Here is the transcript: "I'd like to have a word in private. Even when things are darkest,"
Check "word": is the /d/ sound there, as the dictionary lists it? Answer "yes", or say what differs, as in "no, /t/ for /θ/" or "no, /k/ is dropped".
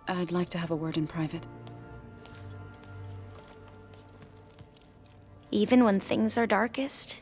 yes